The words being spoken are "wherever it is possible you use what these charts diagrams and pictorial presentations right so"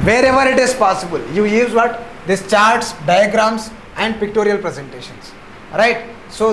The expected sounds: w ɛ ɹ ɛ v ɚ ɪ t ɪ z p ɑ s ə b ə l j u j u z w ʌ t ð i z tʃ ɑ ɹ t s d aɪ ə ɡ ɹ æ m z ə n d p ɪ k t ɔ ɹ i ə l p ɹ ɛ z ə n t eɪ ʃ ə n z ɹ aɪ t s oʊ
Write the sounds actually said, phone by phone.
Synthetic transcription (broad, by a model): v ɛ ɹ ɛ v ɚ ɪ t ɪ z p ɑ s ə b ə l j u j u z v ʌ t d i s tʃ ɑ ɹ t s d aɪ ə ɡ ɹ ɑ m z ə n d p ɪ k t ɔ ɹ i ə l p ɹ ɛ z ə n t eɪ ʃ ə n s ɹ aɪ t s oʊ